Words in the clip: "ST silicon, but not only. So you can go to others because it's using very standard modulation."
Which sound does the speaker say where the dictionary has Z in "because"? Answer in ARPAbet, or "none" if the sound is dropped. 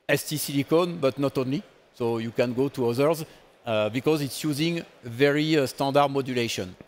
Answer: Z